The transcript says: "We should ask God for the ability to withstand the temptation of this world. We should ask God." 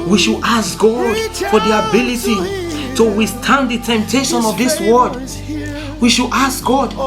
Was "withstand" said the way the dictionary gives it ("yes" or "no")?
no